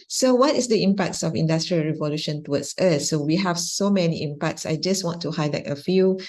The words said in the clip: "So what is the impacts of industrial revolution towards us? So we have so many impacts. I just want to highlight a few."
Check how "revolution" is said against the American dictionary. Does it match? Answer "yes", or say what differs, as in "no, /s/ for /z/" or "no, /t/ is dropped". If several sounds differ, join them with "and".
yes